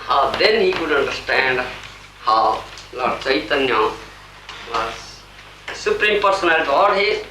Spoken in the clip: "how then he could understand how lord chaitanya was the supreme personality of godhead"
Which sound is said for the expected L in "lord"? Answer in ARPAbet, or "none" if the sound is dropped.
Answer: L